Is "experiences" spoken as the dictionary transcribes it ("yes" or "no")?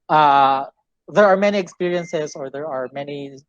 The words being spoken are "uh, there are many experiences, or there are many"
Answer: yes